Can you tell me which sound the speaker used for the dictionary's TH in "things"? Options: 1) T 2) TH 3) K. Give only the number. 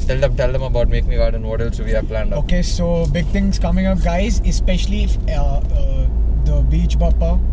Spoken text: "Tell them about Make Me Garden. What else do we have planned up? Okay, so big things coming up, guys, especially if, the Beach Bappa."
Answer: 1